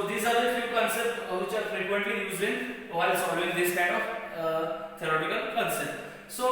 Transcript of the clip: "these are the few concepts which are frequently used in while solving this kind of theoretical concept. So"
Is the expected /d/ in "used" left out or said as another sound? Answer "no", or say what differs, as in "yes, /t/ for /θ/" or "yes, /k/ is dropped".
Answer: yes, /d/ is dropped